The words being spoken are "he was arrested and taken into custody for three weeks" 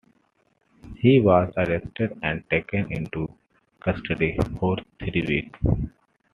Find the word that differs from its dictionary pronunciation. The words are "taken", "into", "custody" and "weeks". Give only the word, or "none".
weeks